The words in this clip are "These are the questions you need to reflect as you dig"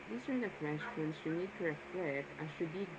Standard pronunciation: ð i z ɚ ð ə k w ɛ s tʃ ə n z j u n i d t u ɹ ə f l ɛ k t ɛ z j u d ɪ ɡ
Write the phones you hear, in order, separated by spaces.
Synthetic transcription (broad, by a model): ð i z ɚ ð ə k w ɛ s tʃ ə n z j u n i d t u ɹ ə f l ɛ t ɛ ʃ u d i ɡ